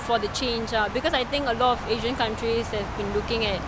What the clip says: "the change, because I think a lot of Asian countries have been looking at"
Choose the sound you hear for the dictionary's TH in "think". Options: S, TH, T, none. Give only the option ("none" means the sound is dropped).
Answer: T